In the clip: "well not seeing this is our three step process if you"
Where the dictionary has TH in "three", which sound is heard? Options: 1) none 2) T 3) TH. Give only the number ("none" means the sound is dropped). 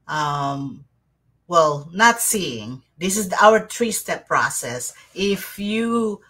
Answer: 2